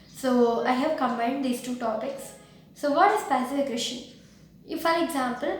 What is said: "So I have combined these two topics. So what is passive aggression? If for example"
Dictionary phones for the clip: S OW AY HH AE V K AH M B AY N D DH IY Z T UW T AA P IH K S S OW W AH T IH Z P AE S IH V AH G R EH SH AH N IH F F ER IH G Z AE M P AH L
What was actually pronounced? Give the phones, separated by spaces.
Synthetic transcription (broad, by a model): S OW AY HH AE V K AH M B AY N D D IY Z T UW T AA P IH K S S OW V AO T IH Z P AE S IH F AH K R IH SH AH IH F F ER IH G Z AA M P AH L